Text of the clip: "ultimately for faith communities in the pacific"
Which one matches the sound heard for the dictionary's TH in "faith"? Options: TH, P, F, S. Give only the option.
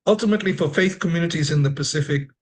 TH